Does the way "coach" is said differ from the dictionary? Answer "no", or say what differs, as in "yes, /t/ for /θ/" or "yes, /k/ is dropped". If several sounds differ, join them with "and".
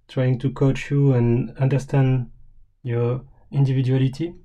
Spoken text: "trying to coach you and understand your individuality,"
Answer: no